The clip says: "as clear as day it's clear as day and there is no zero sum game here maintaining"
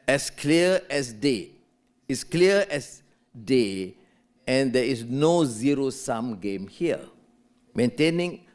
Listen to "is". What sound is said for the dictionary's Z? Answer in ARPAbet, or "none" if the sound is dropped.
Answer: S